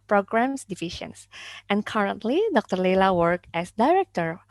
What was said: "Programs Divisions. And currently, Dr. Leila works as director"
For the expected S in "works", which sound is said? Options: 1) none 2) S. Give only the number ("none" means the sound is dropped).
1